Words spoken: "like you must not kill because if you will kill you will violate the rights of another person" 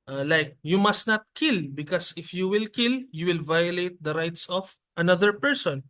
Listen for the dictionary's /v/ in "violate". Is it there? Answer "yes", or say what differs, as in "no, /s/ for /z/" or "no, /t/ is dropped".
yes